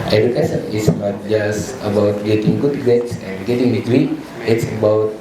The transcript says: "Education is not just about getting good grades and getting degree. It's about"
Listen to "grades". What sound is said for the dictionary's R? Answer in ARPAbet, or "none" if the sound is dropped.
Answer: none